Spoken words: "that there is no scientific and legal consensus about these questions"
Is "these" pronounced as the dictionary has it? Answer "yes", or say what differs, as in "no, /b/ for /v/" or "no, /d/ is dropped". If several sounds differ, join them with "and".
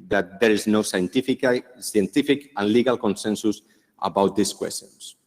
no, /s/ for /z/